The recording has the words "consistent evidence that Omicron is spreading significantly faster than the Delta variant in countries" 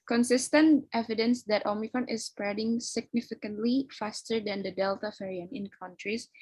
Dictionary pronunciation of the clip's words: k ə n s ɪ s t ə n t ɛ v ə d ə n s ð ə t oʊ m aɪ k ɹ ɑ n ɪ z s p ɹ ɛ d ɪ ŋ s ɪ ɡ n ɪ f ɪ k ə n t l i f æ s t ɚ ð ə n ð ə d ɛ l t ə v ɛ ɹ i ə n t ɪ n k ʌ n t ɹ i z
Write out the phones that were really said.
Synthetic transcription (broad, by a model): k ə n s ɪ s t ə n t ɛ v ə d ə n s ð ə t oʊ m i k ɹ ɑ n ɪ s p ɹ ɛ d ɪ ŋ s ɪ ɡ n ɪ f ɪ k ə n t l i f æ s t ɚ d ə n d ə d ɛ l t ə f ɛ ɹ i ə n ɪ n k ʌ n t ɹ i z